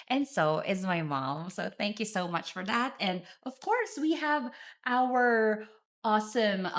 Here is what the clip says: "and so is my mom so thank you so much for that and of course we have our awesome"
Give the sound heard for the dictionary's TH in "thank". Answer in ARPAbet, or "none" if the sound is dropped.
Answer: TH